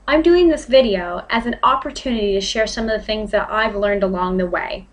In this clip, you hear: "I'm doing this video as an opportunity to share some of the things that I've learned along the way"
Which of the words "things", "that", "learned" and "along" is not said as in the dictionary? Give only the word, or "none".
none